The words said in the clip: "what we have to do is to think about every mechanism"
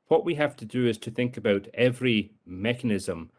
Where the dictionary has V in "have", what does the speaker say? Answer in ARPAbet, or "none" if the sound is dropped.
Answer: F